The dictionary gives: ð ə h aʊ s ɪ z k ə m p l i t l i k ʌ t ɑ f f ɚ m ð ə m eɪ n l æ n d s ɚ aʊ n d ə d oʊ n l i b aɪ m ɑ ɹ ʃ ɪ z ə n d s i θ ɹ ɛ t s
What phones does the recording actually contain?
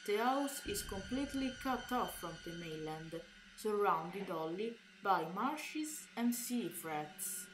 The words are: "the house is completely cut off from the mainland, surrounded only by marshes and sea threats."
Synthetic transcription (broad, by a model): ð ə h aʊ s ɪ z k ə m p l i t l i k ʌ t ɑ f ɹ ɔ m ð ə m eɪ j l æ n d s ɚ aʊ n d ə d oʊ l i b aɪ m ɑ ɹ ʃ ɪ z ə n d s i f ɹ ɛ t s